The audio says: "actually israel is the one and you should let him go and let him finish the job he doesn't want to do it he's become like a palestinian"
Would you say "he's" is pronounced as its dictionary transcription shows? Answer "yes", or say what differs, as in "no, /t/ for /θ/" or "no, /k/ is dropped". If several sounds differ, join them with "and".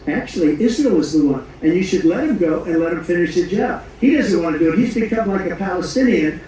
yes